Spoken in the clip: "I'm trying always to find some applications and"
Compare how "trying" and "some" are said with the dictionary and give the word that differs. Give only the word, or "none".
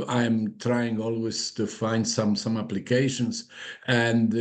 none